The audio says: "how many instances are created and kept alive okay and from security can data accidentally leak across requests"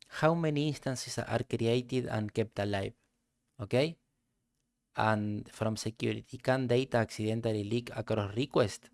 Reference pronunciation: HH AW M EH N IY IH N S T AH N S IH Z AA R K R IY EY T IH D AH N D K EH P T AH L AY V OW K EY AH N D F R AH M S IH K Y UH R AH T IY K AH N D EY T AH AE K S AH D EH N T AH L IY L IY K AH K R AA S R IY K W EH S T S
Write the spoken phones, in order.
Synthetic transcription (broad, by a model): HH AW M EH N IY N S T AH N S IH S AA R K R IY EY T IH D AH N K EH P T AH L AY B OW K EY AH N F R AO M S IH K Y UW R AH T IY K AH N D EY T AH K S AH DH EH N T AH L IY L IY K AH K R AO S R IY K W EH S T